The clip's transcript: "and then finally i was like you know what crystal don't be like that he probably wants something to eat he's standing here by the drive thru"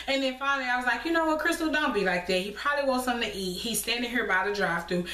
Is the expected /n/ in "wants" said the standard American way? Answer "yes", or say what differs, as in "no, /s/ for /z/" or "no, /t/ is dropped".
no, /n/ is dropped